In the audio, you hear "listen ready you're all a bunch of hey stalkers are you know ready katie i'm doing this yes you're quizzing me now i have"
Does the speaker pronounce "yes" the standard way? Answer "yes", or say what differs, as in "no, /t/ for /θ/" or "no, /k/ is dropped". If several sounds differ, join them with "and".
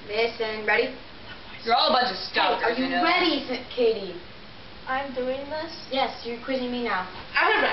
yes